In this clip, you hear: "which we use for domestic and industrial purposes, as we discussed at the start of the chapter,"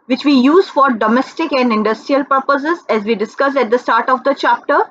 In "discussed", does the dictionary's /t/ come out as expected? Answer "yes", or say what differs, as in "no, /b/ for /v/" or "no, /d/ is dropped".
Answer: no, /t/ is dropped